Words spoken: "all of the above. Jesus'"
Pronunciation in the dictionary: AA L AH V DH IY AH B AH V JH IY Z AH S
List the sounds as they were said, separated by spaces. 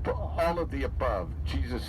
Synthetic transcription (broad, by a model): AA L AH V DH IY AH B AH V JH IY Z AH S